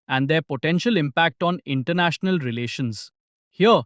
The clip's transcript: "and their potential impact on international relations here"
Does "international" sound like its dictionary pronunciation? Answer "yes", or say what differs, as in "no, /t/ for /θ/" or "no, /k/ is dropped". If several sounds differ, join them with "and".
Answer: yes